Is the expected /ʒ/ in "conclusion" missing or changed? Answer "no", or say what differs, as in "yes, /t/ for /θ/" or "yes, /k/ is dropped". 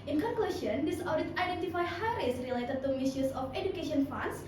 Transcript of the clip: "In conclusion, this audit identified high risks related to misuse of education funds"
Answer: yes, /s/ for /ʒ/